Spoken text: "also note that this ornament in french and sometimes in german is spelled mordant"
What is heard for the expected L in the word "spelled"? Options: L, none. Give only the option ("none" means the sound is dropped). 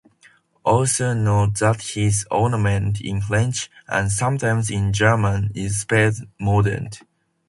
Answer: none